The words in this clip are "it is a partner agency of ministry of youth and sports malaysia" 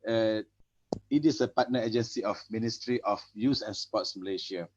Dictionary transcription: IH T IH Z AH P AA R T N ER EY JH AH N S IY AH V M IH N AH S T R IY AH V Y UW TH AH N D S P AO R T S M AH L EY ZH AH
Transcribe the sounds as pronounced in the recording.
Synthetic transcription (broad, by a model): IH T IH S AH P AA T N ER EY JH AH N S IY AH F M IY N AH S T R IY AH F Y UW S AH N S P AO T S M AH L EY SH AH